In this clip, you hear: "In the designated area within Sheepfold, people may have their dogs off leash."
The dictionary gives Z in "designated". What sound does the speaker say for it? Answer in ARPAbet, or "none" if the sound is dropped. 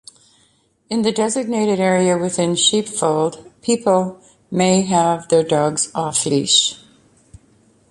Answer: Z